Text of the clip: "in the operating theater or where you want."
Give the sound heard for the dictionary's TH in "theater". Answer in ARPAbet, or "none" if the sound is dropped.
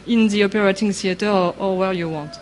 S